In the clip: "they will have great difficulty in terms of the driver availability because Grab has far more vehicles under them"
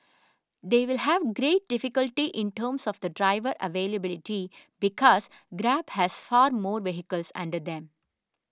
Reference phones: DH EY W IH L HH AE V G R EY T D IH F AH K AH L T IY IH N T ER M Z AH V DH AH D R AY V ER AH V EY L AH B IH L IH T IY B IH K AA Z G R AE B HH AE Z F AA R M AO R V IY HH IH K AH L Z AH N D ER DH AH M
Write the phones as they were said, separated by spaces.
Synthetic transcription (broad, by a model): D EY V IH L HH AE V G R EY T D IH F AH K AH L T IY IH N T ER M S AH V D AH D R AY V ER AH V EY L AH B IH L IH T IY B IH K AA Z G R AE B HH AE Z F AA R M AO R V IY HH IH K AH L S AH N D ER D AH M